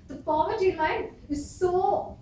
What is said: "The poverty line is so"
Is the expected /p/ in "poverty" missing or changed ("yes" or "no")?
yes